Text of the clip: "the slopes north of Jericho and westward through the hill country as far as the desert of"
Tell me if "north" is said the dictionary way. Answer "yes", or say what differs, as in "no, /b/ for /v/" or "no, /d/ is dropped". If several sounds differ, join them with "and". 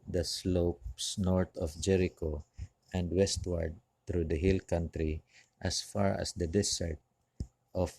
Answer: no, /t/ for /θ/